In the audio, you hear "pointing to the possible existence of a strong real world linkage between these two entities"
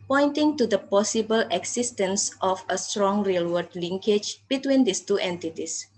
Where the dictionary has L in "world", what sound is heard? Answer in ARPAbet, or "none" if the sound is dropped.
none